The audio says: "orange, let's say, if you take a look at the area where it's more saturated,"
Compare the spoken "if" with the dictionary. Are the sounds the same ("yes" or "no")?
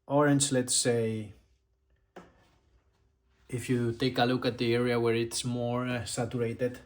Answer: yes